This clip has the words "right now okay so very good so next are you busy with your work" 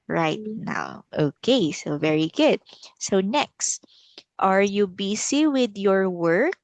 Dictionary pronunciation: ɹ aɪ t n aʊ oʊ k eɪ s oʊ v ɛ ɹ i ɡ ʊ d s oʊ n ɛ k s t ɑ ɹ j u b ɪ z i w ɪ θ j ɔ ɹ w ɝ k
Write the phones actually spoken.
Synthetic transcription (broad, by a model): ɹ aɪ t n aʊ oʊ k eɪ s oʊ v ɛ ɹ i ɡ ʊ d s oʊ n ɛ k s t ɑ ɹ j u b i s i w ɪ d j ɔ ɹ w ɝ k